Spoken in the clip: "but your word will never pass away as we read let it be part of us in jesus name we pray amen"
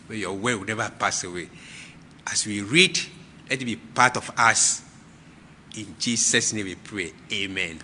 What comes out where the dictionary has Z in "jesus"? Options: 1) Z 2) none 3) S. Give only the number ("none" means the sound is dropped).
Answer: 3